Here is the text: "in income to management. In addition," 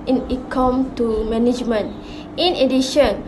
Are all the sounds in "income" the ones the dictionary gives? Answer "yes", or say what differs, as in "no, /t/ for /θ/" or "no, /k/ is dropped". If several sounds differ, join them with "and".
no, /n/ is dropped